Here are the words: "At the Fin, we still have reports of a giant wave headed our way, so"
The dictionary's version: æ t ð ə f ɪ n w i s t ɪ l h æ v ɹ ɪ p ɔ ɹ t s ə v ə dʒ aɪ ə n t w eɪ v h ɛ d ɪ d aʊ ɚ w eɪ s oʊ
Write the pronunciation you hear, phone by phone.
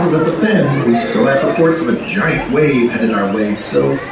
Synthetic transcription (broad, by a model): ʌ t ð ə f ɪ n w i s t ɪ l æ f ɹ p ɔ ɹ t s ə v ə dʒ aɪ ə n t w eɪ v h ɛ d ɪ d aʊ ɚ w eɪ s oʊ